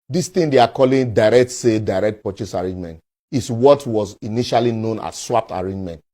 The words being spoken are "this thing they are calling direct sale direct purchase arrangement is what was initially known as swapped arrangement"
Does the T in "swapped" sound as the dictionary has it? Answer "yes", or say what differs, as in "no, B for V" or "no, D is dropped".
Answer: yes